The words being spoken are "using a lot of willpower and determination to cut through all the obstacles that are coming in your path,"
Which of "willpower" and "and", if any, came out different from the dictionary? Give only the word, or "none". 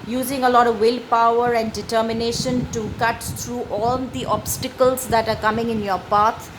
none